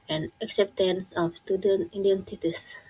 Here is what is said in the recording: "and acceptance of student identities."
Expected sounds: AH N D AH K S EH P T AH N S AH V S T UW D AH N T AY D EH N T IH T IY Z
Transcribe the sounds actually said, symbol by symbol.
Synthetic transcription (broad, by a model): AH N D AH K S EH P T AH N S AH F S T UW D AH N T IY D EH N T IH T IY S